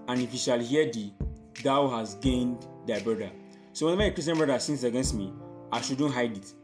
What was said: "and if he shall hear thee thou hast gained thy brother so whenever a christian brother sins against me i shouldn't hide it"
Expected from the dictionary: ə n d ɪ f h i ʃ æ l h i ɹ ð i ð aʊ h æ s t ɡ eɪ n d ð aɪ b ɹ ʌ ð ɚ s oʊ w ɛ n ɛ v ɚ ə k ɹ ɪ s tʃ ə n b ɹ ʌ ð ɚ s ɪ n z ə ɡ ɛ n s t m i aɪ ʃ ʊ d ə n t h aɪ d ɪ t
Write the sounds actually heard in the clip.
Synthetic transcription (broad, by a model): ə n ɪ f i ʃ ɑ l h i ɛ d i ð aʊ h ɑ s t ɡ eɪ n d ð aɪ b ɹ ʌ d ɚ s oʊ w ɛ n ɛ v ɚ ə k ɹ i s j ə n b ɹ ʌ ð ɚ s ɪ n s ə ɡ ɛ n s t m i aɪ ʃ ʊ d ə n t h aɪ d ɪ t